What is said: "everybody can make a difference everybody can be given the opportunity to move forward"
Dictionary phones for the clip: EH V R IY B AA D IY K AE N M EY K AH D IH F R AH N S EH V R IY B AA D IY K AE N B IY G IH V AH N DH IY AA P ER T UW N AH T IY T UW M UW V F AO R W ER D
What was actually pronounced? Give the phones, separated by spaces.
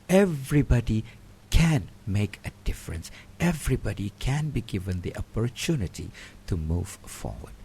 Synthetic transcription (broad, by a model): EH V R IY B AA D IY K AE N M EY K AH D IH F R AH N S EH V R IY B AA D IY K AE N B IY G IH V AH N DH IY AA P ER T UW N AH T IY T UW M UW V F AO R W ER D